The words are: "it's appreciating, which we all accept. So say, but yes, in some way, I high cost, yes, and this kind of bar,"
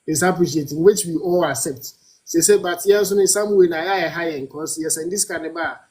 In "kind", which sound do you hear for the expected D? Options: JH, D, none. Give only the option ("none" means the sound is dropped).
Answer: none